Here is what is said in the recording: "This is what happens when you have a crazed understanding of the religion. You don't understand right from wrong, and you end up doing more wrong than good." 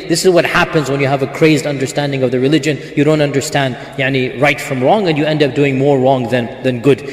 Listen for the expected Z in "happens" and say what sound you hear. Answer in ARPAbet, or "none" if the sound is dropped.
Z